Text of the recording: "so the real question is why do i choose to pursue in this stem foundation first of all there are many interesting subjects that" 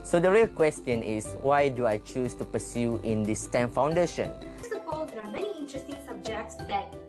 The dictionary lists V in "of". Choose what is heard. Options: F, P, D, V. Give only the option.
P